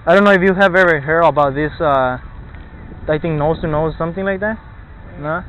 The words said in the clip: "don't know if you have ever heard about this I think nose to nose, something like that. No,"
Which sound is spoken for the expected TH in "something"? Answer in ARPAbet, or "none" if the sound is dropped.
TH